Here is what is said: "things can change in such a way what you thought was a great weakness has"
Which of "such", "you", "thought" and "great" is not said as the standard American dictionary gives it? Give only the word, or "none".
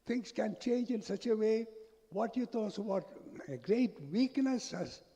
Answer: thought